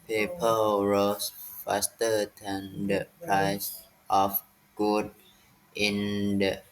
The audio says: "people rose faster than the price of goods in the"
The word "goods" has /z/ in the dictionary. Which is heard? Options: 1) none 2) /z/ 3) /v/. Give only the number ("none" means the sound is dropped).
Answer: 1